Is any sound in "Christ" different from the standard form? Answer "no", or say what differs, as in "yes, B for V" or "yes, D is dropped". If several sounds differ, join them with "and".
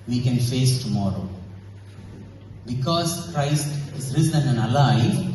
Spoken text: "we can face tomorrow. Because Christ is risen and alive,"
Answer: no